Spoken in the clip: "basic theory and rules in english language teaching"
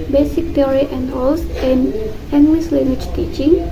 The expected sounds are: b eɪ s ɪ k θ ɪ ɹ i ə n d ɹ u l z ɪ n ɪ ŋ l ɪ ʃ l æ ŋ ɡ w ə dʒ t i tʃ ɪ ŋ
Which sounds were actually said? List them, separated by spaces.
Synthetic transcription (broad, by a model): b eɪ s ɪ k t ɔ ɹ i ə n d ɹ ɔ l s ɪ n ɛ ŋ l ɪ s l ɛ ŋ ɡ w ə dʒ t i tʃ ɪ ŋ